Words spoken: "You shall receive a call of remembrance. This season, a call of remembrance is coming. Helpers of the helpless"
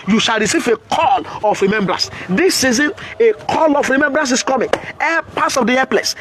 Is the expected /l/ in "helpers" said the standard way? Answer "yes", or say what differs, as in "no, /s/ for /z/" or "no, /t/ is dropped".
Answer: no, /l/ is dropped